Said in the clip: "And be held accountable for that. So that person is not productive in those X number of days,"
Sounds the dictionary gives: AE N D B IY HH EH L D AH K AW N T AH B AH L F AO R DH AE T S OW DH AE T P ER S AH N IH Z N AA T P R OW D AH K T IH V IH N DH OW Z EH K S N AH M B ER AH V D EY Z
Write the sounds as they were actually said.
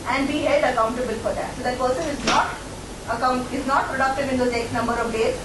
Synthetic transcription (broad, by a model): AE N D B IY HH EH L D AH K AW N T AH B AH L F AO R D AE T S OW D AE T P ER S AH N IH Z N AA T P R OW D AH K T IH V IH N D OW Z EH K S N AH M B ER AH V D EY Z